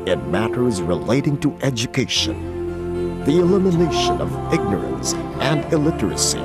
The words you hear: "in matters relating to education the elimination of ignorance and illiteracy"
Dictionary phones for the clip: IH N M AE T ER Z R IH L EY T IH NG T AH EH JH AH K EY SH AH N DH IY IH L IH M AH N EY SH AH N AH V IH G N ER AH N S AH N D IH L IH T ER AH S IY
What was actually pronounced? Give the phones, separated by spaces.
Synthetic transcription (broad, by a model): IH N M AE T ER Z R IH L EY T IH NG T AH EH JH AH K EY SH AH N DH IY IH L IH M AH N EY SH AH N AH V IH G N ER AH N S AH N D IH L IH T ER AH S IY